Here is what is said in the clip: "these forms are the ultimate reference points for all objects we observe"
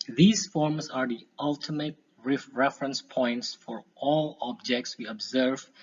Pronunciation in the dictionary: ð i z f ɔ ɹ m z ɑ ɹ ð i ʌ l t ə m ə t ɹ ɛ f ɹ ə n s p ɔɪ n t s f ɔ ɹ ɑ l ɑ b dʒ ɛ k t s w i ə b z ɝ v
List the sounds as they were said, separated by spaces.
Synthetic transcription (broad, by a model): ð i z f ɔ ɹ m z ɑ ɹ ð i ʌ l t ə m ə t ɹ ɛ f ɹ ə n s p ɔɪ n t s f ɔ ɹ ɑ l ɑ b dʒ ɛ k t s w i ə b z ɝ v